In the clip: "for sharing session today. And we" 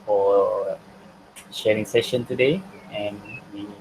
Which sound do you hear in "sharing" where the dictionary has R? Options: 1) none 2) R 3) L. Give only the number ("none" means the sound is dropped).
2